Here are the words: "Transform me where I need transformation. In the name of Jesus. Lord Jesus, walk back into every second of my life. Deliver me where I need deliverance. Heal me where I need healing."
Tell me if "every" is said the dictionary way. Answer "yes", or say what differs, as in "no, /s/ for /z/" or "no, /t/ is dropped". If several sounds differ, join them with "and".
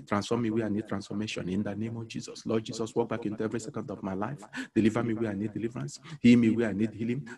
yes